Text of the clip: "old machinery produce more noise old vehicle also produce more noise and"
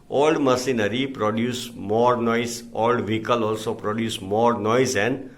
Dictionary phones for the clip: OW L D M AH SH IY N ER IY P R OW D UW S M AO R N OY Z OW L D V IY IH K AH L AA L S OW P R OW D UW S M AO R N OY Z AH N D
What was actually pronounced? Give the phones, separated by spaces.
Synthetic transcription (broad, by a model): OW L D M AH S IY N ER IY P R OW D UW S M AO R N OY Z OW L D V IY K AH L AA L S OW P R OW D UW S M AO R N OY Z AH N D